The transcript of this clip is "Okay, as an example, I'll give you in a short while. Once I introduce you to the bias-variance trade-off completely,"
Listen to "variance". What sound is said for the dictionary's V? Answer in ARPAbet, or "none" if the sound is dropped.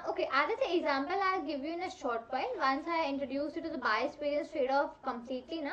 P